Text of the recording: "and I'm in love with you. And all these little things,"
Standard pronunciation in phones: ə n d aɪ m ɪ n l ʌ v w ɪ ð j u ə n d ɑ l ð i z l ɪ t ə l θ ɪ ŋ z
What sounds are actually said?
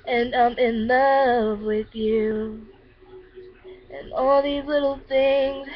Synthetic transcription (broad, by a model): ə n aɪ m ɪ n l ʌ v w ɪ ð j u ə n ɑ l ð i z l ɪ t l θ ɪ ŋ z